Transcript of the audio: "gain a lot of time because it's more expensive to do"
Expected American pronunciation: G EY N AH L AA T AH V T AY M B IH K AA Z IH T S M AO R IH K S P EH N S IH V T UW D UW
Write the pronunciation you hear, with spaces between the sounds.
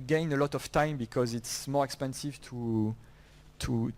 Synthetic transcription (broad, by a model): G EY N AH L AA T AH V T AY M B IH K AA Z IH T S M AO R IH K S P EH N S IH V T UW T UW